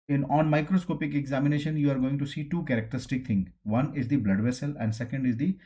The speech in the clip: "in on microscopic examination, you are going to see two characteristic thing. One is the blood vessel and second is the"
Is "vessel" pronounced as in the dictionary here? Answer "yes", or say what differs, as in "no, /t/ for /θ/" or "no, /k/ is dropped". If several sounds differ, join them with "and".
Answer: yes